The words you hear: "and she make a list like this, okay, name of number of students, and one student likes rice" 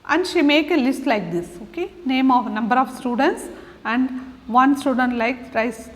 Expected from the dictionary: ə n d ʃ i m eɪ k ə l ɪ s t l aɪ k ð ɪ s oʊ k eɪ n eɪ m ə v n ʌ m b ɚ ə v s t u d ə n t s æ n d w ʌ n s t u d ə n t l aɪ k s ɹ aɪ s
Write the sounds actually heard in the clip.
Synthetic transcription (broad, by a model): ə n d ʃ i m eɪ k ə l ɪ s t l aɪ k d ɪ s oʊ k eɪ n eɪ m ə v n ʌ m b ɚ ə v s t u d ə n t s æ n d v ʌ n s t u d ə n t l aɪ k ɹ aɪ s